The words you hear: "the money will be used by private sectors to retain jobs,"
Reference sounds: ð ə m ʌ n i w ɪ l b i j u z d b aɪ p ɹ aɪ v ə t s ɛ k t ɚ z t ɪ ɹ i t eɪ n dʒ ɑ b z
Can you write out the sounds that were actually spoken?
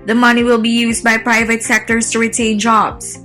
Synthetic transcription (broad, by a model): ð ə m ʌ n i w ɪ l b i j u z d b aɪ p ɹ aɪ v ə t s ɛ k t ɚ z t ɪ ɹ i t eɪ n dʒ ɑ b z